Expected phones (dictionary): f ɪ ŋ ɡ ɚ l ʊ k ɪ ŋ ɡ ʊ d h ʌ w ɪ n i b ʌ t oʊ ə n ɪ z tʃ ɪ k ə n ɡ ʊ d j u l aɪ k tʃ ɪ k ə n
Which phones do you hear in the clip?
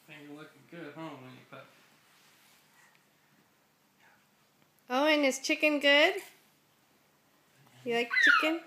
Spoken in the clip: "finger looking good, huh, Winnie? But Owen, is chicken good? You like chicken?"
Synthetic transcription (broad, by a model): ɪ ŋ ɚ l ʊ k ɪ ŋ ɡ ʊ d h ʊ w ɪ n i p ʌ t oʊ ə n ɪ s tʃ ɪ k ə n ɡ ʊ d j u l aɪ k tʃ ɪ k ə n